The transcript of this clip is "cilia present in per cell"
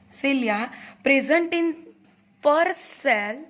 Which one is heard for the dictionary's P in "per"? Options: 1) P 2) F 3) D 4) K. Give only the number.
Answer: 1